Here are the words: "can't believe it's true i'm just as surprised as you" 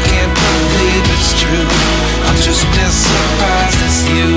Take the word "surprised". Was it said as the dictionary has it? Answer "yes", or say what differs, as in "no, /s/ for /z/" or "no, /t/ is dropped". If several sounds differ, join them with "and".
no, /d/ is dropped